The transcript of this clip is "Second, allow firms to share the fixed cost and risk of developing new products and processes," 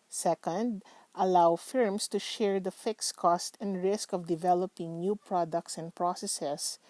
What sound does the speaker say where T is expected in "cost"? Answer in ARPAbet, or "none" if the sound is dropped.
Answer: T